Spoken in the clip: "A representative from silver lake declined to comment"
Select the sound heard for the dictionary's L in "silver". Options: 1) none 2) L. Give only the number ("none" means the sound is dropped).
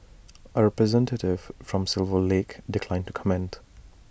2